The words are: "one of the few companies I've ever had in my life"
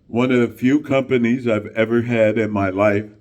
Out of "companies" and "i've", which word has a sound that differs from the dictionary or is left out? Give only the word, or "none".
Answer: none